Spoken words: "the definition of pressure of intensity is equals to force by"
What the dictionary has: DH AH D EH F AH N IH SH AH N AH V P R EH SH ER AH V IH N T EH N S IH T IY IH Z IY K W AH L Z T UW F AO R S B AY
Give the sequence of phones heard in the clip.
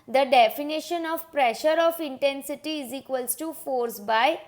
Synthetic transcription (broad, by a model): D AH D EH F AH N IH SH AH N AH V P R EH SH ER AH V IH N T EH N S IH T IY IH Z IY K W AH L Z T UW F AO R S B AY